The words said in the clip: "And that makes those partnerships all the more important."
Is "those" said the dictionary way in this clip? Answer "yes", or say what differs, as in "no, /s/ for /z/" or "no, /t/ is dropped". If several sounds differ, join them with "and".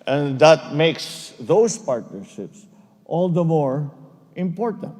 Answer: no, /s/ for /z/